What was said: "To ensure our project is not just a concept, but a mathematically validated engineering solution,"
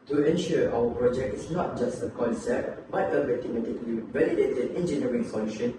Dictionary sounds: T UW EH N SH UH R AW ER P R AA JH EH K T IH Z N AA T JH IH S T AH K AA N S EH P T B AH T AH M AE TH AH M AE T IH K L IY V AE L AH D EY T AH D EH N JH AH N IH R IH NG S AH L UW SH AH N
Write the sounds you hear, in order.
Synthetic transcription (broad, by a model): T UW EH N SH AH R AW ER P R AA JH EH K T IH S N AA T JH IH S T AH K AA N S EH P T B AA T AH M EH T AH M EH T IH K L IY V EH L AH D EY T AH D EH N JH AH N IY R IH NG S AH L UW SH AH N